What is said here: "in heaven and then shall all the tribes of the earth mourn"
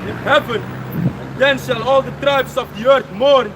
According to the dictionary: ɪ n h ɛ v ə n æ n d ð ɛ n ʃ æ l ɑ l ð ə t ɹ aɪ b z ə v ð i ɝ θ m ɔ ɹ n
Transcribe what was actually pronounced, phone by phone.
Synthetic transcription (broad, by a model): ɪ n h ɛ v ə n n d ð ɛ n ʃ æ l ɑ l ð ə t ɹ aɪ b s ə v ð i ɝ θ m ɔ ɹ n